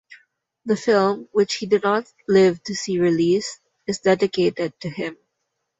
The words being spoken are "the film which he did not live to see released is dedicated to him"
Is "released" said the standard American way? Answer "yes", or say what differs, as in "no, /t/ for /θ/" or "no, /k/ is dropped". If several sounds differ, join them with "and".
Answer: no, /t/ is dropped